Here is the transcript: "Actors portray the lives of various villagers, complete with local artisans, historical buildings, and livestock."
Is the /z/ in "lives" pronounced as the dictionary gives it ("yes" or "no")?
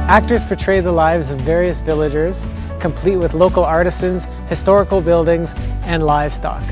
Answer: yes